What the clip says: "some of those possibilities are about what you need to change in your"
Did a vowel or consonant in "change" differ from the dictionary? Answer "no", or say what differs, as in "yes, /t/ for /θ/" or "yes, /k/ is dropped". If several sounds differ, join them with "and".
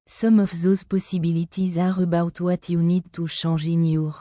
yes, /ʃ/ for /tʃ/